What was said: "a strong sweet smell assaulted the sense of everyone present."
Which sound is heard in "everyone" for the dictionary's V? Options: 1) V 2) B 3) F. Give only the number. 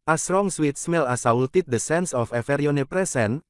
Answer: 3